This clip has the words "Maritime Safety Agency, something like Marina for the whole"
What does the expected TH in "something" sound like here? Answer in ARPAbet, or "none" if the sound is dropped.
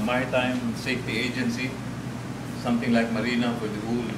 T